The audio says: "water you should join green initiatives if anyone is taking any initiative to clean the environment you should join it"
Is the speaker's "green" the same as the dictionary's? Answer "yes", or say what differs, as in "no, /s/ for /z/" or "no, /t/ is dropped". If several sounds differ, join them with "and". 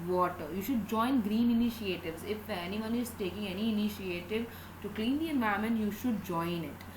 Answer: yes